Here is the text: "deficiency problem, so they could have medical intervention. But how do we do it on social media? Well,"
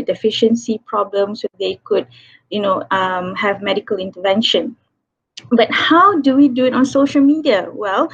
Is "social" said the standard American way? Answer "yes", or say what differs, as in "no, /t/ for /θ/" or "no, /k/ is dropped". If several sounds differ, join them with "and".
yes